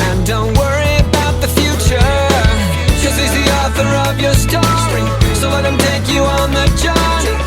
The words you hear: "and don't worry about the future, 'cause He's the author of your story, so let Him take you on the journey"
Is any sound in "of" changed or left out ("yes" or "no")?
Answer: no